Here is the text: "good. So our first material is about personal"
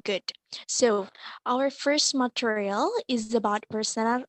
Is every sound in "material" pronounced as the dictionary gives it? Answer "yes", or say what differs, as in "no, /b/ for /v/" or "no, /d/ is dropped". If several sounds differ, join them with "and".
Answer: yes